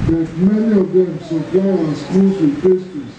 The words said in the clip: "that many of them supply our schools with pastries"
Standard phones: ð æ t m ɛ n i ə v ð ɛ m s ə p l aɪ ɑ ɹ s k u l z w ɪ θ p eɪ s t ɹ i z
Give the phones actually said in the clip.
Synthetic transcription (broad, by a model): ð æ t m ɛ n i ə v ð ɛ m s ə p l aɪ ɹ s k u z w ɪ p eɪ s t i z